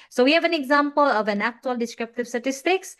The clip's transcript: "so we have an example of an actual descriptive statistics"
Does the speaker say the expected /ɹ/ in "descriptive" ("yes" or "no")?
yes